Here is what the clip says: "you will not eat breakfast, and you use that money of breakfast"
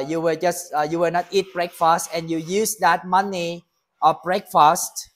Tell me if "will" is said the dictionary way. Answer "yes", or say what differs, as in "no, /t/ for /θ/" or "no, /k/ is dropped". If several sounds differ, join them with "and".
no, /w/ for /l/